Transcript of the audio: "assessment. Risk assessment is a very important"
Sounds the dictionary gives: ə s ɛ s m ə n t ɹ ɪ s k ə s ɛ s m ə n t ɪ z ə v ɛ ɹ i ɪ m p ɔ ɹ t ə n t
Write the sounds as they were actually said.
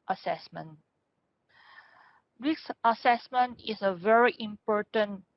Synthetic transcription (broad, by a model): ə s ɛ s m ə n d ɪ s ə s ɛ s m ə n t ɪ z ə v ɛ ɹ i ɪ m p ɔ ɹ t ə n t